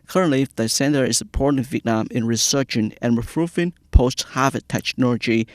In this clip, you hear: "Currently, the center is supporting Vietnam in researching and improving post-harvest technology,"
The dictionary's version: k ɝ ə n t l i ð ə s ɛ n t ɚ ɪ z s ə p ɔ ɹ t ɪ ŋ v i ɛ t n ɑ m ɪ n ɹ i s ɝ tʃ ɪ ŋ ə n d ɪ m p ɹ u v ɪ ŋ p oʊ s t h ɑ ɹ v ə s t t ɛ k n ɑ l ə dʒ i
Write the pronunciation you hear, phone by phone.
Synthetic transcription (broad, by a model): k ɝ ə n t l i ð ə s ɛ n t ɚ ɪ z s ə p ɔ ɹ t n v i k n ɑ m ɪ n ɹ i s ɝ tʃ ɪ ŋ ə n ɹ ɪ p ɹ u f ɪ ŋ p oʊ s t h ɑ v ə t t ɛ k n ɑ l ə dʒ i